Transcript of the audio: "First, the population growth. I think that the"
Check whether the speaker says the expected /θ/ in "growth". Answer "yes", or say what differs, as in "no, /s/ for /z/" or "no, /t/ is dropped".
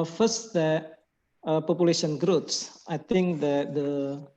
no, /s/ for /θ/